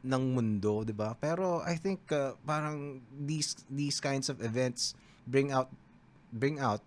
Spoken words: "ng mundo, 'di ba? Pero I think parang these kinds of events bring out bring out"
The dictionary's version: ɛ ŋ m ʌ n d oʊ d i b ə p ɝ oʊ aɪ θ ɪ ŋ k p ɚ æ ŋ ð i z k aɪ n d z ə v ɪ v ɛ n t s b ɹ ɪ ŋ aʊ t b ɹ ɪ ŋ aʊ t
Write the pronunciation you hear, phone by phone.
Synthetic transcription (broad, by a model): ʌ ŋ m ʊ n d oʊ d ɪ b ə p ɝ oʊ aɪ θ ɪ ŋ k p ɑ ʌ ŋ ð i s k aɪ n d s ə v ɪ v ɛ n t s b ɹ ɪ ŋ aʊ t b ɹ ɪ ŋ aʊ t